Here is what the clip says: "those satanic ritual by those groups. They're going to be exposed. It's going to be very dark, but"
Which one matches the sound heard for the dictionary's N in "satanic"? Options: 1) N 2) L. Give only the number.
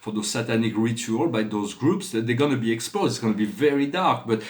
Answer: 1